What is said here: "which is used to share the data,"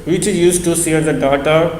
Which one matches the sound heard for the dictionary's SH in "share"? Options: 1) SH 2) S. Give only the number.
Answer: 2